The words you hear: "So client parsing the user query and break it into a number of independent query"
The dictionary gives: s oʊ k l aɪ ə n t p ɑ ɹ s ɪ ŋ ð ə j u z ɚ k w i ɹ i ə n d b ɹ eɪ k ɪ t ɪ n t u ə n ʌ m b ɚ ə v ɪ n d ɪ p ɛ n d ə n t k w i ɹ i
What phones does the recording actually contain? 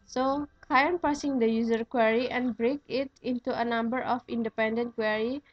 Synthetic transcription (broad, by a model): s oʊ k aɪ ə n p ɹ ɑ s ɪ ŋ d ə j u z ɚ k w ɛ ɹ i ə n b ɹ eɪ k ɪ t ɪ n t u ə n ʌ m b ɚ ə f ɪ n d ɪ p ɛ n d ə n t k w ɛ ɹ i